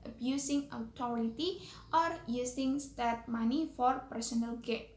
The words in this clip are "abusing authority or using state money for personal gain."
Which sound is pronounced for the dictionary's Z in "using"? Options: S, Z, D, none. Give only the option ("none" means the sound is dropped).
S